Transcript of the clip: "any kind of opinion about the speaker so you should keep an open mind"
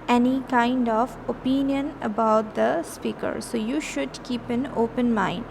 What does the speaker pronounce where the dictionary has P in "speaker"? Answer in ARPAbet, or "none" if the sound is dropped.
P